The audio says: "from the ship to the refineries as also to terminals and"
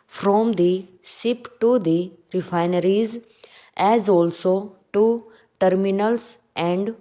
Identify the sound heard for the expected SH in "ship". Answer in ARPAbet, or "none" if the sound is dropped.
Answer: S